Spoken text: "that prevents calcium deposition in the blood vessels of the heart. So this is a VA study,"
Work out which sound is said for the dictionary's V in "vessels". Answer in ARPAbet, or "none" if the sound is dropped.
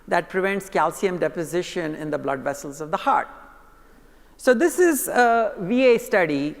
V